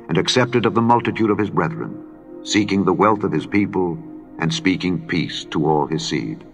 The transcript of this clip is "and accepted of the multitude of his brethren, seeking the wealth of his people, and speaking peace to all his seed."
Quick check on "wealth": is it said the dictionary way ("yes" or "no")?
yes